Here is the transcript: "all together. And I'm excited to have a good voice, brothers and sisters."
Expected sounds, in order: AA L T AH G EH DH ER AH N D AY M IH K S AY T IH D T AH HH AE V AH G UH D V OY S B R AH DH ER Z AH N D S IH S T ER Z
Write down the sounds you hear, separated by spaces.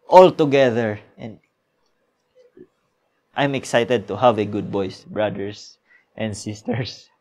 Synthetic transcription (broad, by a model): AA L T AH G EH DH ER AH N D AY M IH K S AY T IH D T AH HH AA V AH G UH D B OY S B R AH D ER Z AH N D S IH S T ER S